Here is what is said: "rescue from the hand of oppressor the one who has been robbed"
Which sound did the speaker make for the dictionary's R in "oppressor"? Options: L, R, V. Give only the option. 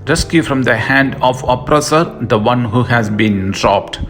R